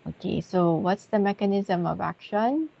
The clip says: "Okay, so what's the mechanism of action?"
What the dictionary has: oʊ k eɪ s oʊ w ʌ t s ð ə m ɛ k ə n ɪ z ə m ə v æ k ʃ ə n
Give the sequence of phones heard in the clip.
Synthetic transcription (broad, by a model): oʊ k eɪ s oʊ w ʌ t s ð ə m ɛ k ə n ɪ z ə m ə v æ k ʃ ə n